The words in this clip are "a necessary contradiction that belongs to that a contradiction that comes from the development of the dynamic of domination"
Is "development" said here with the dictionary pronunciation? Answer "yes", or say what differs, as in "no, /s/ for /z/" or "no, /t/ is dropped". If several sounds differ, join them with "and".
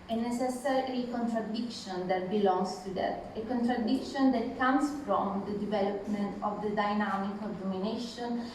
yes